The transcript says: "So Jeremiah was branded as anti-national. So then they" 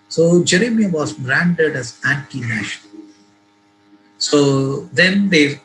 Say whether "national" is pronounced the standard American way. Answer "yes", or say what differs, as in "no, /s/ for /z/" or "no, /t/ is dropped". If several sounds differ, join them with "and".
no, /n/ is dropped and /n/ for /l/